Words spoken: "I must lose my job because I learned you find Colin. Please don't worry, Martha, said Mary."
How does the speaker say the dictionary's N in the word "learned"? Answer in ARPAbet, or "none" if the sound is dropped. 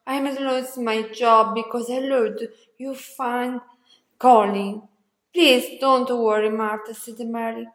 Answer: none